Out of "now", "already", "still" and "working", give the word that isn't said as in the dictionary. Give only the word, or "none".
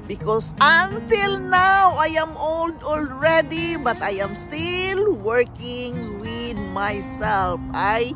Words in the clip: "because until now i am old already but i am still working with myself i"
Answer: none